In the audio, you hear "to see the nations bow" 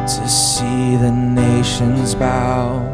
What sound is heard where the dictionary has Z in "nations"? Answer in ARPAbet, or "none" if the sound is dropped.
Z